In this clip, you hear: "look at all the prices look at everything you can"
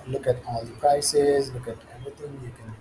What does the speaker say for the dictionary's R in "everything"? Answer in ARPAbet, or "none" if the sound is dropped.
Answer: none